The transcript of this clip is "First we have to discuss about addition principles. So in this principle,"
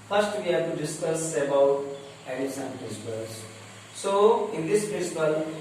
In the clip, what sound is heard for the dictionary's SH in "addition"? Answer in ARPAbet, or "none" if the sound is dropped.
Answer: S